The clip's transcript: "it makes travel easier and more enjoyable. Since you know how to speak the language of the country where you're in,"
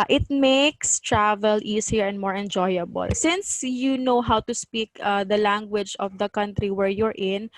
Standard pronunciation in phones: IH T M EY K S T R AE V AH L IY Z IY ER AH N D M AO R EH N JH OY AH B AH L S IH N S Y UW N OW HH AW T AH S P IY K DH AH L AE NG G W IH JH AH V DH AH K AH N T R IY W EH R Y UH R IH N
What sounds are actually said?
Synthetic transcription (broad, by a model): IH T M EY K S T R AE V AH L IY S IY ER AH N D M AO R EH N JH OY AH B AH L S IH N S Y UW N OW HH AW T AH S P IY K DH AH L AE NG G W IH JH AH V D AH K AH N T R IY W EH R Y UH R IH N